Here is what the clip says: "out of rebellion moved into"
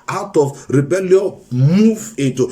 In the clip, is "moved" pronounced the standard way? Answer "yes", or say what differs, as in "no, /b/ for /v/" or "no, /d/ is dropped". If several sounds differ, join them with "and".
no, /d/ is dropped